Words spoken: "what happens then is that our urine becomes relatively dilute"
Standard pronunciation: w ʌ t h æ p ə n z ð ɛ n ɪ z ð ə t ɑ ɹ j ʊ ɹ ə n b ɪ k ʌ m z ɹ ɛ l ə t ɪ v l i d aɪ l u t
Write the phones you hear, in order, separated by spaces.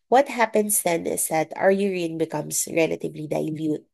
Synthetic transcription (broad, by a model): w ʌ t h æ p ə n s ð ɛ n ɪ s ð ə t ɑ ɹ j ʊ ɹ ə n b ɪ k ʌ m s ɹ ɛ l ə t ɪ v l i d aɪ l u t